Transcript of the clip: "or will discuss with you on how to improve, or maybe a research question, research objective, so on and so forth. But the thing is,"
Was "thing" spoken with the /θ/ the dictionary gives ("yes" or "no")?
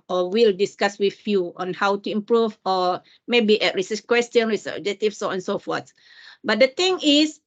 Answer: no